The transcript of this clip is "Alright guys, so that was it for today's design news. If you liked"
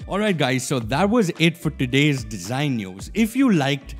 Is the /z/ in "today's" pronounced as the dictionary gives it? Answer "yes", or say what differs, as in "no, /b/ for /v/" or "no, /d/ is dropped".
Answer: yes